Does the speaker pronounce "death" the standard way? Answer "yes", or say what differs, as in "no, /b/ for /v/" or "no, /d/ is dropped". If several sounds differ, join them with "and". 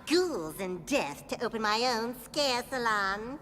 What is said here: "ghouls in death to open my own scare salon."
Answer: yes